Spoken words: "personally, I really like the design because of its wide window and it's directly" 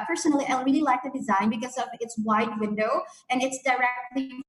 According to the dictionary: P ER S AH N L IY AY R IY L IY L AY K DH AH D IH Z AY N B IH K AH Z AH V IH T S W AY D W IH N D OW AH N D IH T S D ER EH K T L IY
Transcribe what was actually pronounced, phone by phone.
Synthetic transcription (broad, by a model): P ER S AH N L IY AY R IY L IY L AY K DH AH D IH Z AY N B IH K AH Z AH V IH T S W AY D W IH N D OW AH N IH T S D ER EH K T L IY